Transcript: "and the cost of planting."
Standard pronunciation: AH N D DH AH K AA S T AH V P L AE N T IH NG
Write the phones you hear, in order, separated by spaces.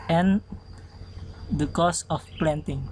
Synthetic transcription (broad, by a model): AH N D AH K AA S AH F P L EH N T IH NG